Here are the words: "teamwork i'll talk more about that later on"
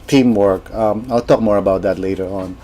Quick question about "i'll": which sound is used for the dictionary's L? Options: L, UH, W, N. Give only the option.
L